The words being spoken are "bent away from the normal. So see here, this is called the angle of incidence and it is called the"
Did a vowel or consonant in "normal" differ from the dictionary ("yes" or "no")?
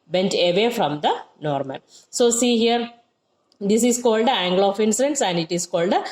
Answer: yes